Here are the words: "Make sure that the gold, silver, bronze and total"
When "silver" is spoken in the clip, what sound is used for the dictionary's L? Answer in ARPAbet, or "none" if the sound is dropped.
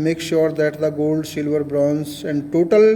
L